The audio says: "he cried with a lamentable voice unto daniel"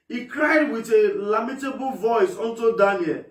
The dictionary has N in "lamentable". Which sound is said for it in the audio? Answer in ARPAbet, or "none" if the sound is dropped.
none